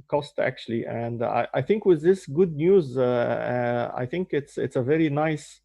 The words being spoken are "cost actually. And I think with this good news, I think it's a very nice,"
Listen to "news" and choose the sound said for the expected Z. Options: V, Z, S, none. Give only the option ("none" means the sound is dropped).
Z